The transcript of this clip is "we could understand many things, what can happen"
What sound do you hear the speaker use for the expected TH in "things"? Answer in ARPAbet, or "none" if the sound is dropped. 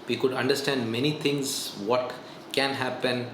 T